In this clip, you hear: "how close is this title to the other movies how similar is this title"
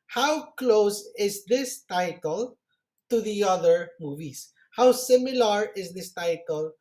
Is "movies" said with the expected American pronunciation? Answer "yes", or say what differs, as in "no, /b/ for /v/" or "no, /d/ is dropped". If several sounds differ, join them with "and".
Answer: no, /s/ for /z/